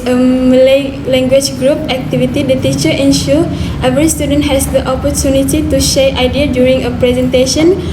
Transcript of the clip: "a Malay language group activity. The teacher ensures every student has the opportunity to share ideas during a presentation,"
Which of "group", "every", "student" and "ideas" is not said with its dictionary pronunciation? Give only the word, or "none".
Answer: ideas